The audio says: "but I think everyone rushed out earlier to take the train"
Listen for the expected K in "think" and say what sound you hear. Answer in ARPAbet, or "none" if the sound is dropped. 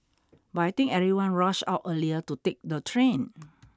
none